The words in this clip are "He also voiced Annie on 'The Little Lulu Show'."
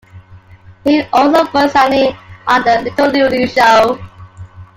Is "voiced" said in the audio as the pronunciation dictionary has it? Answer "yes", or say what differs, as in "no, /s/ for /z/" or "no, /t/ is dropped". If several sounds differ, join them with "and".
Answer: no, /t/ is dropped